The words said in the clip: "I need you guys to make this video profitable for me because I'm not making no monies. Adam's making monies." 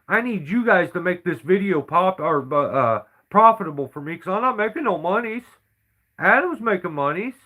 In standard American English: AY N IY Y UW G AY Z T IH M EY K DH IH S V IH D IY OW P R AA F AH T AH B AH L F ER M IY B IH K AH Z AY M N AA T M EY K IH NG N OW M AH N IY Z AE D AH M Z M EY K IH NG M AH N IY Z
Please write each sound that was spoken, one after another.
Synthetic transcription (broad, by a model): AY N IY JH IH G AY Z T IH M EY K DH IH S V IH D IY OW P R AA F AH T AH B L F ER M IY K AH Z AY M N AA T M EY K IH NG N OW M AH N IY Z AE D AH M Z M EY K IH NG M AH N IY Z